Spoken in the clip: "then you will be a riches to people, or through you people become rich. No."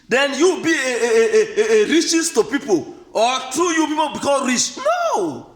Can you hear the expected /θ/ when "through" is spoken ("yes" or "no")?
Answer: no